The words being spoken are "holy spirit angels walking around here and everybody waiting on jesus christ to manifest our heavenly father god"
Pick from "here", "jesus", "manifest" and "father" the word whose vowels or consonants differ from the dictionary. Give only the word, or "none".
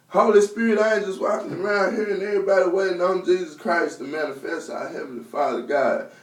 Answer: none